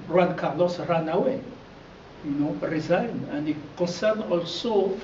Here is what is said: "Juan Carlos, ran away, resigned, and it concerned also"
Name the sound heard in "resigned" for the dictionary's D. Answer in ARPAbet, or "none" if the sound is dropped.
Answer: none